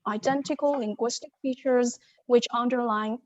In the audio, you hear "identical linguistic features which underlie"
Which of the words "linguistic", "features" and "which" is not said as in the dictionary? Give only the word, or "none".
none